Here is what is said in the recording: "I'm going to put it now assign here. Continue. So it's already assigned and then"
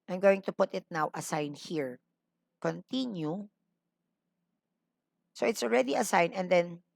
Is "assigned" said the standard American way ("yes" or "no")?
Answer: no